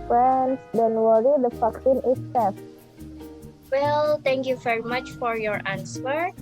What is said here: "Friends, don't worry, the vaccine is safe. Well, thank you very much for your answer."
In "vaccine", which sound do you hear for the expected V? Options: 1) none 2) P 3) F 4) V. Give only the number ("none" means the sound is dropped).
3